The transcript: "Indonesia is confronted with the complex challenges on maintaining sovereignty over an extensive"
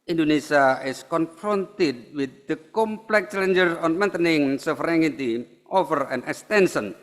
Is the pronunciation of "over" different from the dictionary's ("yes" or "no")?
yes